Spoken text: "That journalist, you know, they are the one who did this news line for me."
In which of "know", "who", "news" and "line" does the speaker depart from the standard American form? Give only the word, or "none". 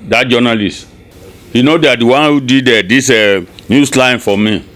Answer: news